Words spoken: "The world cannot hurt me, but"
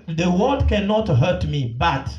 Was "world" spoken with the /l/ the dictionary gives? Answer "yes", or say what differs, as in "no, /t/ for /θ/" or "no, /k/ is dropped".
no, /l/ is dropped